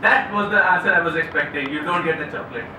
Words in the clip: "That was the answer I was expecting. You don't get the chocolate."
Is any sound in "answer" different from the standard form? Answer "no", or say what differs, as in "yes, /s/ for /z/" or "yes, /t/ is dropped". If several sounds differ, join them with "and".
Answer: yes, /n/ is dropped